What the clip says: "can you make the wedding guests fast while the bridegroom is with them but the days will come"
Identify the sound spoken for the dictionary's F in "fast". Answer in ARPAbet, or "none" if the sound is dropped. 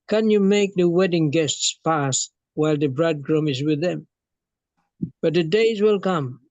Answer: P